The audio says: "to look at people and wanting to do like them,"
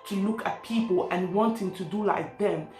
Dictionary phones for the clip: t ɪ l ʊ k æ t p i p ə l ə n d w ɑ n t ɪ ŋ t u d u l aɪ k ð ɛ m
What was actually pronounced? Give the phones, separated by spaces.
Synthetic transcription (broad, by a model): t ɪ l ʊ k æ t p i p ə l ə n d w ɑ n t ɪ ŋ t u d u l aɪ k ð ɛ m